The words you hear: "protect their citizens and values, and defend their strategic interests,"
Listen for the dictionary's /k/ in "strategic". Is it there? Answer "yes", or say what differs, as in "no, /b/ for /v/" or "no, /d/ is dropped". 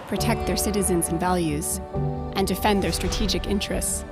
yes